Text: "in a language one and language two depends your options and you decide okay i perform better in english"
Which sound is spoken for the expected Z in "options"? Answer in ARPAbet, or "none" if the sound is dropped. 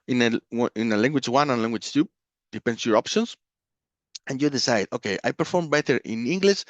S